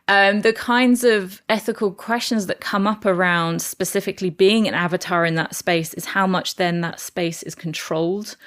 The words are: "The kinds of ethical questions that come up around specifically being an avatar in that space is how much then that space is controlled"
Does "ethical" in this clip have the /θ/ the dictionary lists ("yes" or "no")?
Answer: yes